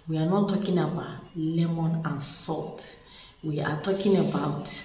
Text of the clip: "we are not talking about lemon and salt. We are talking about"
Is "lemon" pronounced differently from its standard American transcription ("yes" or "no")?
no